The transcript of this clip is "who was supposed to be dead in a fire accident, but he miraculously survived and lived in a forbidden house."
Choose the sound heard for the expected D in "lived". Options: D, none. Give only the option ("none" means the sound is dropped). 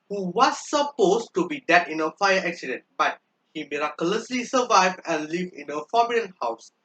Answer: none